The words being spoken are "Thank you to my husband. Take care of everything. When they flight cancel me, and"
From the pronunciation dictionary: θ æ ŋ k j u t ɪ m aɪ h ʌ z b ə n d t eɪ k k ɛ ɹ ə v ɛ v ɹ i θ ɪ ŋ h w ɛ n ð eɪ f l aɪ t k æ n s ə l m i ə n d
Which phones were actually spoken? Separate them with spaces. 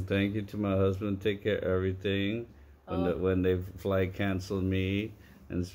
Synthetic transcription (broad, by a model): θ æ ŋ k j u t ɪ m aɪ h ʌ z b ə n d t eɪ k k ɛ ɹ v ɛ v ɹ i θ ɪ ŋ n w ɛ n ð eɪ f l aɪ k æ n s l m i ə n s